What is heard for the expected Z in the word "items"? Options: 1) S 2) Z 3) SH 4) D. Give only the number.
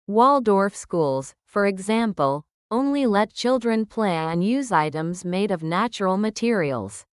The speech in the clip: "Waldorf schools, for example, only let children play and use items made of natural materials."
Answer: 2